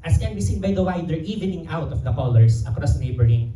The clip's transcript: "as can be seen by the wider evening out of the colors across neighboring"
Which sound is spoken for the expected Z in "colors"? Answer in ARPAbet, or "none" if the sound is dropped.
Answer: S